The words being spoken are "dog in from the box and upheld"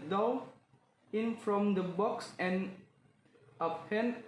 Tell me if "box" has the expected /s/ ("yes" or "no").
yes